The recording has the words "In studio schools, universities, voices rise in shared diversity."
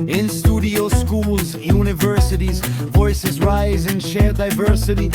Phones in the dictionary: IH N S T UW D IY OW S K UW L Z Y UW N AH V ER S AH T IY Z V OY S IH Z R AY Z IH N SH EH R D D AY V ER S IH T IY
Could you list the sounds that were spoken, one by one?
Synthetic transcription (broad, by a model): IH N S T UW D IY OW S K UW L Z Y UW N AH V ER S AH T IY Z V OY S IH Z R AY Z IH N SH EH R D D AY V ER S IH T IY